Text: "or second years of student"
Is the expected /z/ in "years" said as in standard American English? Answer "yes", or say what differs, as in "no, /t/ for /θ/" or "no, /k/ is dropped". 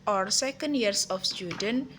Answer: no, /s/ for /z/